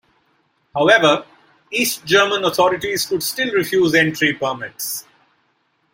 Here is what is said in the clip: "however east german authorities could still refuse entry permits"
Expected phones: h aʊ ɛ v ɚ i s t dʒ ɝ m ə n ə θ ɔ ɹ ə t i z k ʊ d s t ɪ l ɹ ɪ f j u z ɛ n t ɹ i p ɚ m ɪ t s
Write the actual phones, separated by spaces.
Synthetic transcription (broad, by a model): h aʊ ɛ v ɚ i s t dʒ ɝ m ə n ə t ɔ ɹ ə t i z k ʊ d s t ɪ l ɹ ɪ f j u z ɛ n t ɹ i p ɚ m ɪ t s